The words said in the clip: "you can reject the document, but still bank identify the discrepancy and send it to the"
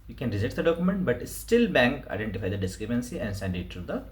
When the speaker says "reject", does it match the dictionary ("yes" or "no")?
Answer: no